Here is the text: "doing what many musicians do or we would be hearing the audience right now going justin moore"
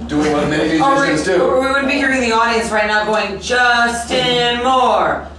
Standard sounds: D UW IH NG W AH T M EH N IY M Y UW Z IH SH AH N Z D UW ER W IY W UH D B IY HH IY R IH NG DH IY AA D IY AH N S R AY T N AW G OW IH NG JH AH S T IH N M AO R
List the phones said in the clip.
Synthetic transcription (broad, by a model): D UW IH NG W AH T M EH IY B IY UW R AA AH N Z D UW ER W IY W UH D B IY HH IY R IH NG DH IY AA D IY AH N S R AY T N AW G OW IH NG JH AH S T IH N M AO R